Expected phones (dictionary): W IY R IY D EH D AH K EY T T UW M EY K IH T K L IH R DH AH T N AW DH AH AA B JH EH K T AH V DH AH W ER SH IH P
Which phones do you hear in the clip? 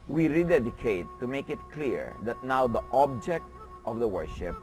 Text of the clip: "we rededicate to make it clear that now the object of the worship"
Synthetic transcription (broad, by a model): W IY R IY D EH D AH K EY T T UW M EY K IH T K L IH R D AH T N AW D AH AA B JH EH K T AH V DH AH W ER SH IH P